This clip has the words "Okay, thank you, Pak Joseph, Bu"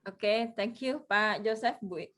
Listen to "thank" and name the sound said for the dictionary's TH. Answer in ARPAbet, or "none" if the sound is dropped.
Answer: T